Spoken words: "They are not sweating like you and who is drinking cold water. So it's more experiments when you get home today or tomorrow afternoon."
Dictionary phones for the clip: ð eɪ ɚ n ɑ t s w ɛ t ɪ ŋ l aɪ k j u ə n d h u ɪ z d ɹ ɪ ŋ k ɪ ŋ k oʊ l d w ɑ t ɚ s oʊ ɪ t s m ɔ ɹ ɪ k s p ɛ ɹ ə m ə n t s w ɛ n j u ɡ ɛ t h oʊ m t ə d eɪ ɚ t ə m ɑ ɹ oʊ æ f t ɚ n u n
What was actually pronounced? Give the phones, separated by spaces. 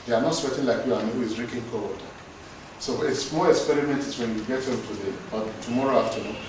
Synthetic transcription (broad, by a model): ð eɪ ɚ n ɑ t s w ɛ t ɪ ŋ l aɪ k j u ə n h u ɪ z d ɹ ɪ k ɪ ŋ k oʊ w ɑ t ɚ s oʊ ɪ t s m ɔ l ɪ k s p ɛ ɹ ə m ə n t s w ɛ n j u ɡ ɛ t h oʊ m t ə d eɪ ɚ t ə m ɑ ɹ oʊ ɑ f t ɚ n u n